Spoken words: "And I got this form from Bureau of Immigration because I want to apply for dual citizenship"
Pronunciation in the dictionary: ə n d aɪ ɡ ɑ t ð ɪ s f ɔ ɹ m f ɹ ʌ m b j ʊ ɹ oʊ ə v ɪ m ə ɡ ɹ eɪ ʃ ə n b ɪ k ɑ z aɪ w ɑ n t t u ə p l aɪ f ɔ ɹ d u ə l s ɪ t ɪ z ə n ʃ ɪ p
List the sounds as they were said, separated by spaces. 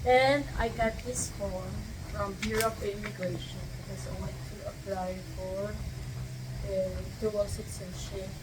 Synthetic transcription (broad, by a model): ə n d aɪ ɡ ɑ t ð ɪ s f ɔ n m f ɹ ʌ m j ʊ ɹ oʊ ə p ɪ m ə ɡ ɹ eɪ ʃ ə n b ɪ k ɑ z aɪ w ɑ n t t u ə p l aɪ f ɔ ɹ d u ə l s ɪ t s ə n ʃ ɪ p